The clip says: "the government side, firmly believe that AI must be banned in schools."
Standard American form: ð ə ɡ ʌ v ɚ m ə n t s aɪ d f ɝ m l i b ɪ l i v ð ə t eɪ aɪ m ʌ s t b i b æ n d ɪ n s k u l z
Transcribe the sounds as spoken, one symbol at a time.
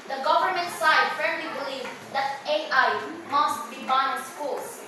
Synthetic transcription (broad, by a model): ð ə ɡ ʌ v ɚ m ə n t s aɪ d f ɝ l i b ɪ l i v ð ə t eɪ aɪ m ʌ s t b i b ɪ n s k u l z